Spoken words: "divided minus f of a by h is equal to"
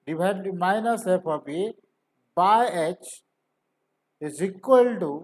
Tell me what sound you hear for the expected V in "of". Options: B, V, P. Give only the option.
P